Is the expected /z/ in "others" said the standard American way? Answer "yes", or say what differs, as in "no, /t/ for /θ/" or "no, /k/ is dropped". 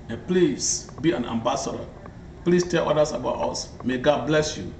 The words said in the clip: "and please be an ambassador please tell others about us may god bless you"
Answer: no, /s/ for /z/